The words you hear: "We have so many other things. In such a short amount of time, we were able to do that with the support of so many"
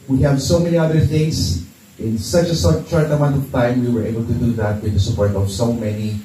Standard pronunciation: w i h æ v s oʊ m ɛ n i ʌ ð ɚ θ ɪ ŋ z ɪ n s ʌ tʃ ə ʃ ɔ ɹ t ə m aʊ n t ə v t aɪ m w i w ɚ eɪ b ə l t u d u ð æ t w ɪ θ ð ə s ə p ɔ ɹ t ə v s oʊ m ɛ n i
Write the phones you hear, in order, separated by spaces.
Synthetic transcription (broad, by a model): w i h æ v s oʊ m ɛ n i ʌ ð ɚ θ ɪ ŋ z ɪ n s ʌ tʃ ə s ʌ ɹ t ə m aʊ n t ə v t aɪ m w i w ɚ eɪ b ə l t u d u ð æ t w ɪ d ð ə s ə p ɔ ɹ t ə v s oʊ m ɛ n i